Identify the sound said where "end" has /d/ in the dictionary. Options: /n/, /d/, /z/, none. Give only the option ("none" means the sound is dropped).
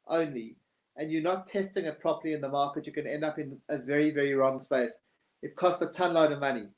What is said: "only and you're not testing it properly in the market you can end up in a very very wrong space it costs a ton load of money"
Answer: /d/